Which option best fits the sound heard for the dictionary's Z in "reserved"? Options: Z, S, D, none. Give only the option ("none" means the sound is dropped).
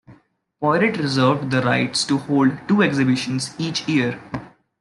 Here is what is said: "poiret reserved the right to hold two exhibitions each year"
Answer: Z